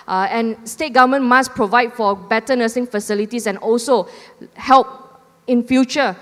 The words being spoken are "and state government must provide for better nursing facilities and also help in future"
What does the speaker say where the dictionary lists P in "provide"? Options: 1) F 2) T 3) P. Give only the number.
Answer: 3